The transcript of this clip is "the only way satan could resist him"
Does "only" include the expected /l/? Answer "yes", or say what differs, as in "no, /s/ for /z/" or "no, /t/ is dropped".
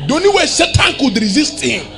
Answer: no, /l/ is dropped